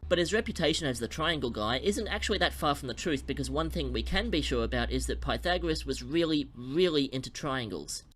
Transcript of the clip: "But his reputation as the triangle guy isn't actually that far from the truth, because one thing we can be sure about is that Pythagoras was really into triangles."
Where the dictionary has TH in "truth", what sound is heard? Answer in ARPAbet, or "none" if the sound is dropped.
TH